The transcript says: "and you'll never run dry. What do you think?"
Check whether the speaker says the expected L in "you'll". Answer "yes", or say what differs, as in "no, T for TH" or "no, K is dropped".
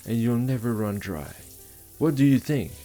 yes